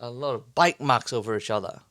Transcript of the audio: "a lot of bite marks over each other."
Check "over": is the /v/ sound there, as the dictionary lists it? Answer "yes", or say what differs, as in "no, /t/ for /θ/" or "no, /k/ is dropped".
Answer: yes